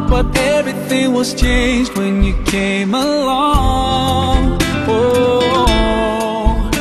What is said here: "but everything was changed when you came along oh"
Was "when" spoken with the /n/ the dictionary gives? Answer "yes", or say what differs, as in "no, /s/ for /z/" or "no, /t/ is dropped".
yes